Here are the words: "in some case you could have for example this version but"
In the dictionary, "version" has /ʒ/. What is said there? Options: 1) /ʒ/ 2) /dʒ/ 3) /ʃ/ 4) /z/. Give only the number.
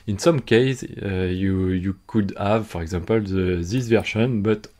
3